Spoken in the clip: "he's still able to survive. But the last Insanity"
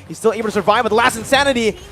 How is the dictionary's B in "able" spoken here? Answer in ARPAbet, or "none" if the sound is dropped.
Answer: none